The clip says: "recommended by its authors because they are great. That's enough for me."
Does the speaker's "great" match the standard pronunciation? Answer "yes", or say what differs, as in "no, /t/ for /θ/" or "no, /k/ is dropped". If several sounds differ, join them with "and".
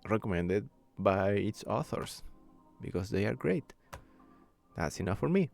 yes